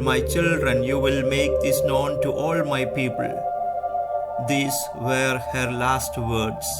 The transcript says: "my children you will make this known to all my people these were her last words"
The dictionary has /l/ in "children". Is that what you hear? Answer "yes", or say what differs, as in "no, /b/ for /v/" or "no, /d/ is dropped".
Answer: yes